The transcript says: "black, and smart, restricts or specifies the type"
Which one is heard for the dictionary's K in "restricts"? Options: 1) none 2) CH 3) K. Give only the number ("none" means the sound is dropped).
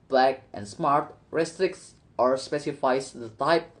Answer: 3